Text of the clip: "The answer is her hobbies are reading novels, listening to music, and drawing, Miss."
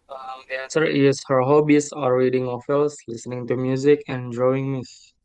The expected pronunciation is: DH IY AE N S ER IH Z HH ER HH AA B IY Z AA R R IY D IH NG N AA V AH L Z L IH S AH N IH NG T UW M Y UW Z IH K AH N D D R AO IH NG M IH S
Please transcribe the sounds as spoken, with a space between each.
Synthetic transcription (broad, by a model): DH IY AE N S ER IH S HH ER HH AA B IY S AA R R IY D IH NG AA F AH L S L IH S AH N IH NG T UW M Y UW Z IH K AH N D D R AO IH NG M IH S